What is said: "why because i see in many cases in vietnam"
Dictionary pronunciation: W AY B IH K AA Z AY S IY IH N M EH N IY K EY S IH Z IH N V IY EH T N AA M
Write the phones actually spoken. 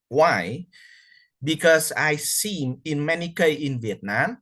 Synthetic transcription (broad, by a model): W AY B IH K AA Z AY S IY IH N M EH N IY K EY IH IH N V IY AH T N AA M